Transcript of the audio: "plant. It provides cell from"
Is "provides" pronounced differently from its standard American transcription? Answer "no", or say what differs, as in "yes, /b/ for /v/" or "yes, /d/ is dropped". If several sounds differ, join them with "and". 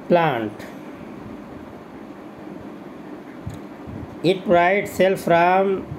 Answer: yes, /v/ is dropped